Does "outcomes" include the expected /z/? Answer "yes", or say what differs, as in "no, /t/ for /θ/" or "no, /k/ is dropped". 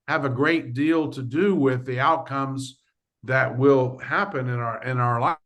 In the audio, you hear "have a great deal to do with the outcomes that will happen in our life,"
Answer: yes